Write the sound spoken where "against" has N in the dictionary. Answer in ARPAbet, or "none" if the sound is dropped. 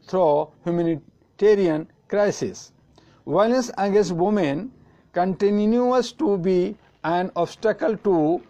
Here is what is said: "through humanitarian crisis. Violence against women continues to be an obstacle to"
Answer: none